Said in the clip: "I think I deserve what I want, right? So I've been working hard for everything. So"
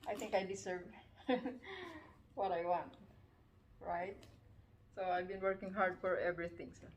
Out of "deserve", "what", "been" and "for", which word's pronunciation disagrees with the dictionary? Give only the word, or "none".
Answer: deserve